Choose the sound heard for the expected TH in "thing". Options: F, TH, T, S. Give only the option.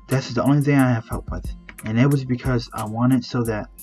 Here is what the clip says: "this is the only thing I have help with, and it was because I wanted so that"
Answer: TH